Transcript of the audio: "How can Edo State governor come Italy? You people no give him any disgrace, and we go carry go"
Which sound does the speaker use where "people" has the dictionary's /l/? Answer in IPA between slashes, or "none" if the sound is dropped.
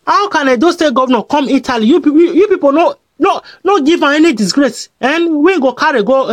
/n/